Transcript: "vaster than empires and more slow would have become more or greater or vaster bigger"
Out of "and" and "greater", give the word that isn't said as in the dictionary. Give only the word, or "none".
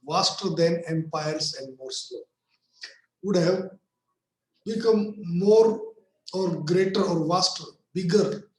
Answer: none